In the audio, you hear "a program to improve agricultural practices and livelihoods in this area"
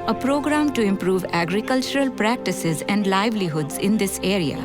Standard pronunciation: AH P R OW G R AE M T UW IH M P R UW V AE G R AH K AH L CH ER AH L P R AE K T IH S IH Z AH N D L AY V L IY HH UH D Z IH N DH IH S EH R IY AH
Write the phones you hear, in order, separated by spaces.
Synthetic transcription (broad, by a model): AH P R OW G R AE M T UW IH M P R UW V AE G R AH K AH L CH ER AH L P R AE K T IH S IH Z AH N D L AY V L IY HH UH D Z IH N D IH S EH R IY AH